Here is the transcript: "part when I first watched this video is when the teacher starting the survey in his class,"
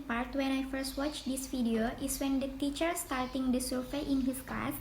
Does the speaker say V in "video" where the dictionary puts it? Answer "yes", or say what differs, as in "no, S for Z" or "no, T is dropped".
no, F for V